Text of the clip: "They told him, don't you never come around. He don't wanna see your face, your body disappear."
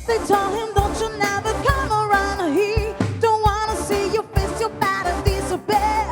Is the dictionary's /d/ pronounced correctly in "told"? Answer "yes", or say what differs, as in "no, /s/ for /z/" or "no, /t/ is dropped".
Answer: no, /d/ is dropped